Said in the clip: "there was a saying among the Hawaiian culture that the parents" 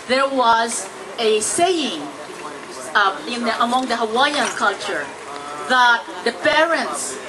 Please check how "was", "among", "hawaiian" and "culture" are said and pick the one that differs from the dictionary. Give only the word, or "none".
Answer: none